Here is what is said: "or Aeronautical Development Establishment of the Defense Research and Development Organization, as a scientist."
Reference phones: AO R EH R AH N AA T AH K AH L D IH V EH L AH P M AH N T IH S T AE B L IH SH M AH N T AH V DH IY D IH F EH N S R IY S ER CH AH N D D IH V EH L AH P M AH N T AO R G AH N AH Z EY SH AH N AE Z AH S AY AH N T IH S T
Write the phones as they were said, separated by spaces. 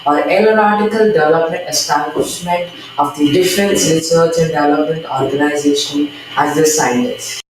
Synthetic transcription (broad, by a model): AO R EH L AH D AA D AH K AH L D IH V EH L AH P M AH N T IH S T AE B L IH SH M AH N T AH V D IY D IH F EH N S R IY S ER CH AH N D D IH V EH L AH P M AH N T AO R G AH N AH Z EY SH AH N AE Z AH S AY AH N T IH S